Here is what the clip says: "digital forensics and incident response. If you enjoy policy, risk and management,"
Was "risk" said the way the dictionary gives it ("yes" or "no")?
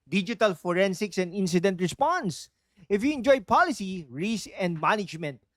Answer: no